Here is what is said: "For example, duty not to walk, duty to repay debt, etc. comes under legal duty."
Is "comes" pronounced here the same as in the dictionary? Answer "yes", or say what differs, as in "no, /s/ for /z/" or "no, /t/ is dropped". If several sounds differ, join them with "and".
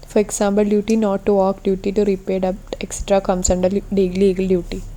no, /s/ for /z/